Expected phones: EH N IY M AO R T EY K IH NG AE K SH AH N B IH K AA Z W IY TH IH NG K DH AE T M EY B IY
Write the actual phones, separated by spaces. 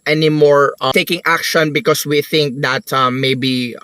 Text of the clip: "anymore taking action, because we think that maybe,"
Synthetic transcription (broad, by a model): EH N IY M AO R T EY K IH NG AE K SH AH N B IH K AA S W IY TH IH NG K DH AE T M EY B IY